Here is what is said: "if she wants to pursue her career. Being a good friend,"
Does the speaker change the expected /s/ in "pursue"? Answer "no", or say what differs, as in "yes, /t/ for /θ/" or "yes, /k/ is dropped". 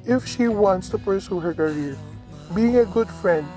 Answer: no